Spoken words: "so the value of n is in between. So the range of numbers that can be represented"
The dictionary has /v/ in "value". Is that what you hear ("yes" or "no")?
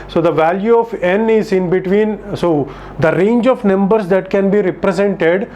yes